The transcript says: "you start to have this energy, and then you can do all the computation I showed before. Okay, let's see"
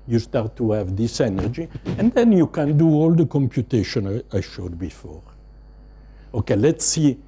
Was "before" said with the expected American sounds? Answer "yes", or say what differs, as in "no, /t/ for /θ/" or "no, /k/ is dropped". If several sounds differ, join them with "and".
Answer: yes